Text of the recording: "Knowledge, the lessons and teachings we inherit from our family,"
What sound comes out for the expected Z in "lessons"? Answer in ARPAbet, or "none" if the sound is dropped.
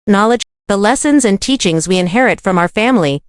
Z